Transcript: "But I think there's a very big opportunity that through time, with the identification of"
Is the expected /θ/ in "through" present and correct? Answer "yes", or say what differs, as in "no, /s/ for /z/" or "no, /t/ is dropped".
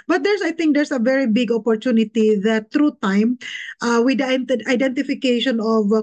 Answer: no, /t/ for /θ/